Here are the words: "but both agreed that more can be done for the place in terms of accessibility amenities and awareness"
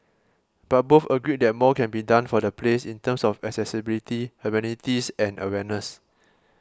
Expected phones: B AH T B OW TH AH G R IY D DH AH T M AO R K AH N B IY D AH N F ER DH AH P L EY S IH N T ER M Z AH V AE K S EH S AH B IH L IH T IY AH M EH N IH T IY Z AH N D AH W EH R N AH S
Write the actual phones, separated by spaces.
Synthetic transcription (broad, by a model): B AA T B OW F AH G R IY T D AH T M AO K AH N B IY D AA N F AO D AH P L EY S IH N T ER M S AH F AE K S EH S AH B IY L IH T IY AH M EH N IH T IY S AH N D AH W EH N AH S